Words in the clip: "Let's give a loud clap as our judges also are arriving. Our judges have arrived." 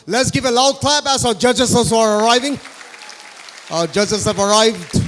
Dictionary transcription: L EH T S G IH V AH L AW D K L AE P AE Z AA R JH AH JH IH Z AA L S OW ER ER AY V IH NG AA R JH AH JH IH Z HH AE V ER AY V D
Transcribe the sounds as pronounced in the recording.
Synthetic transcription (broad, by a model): L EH T S G IH V AH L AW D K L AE B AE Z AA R JH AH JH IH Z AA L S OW ER ER AY V IH NG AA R JH AH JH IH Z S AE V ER AY V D